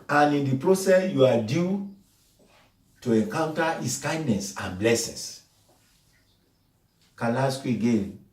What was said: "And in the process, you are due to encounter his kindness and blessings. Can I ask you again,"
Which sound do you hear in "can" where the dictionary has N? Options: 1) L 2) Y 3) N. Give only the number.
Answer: 1